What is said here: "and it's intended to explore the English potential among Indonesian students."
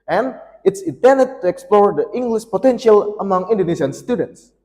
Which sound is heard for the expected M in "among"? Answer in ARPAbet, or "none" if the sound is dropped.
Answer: M